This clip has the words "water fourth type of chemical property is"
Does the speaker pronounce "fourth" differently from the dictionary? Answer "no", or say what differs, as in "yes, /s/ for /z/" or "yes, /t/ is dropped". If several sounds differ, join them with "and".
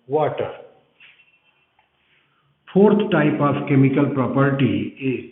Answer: yes, /t/ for /θ/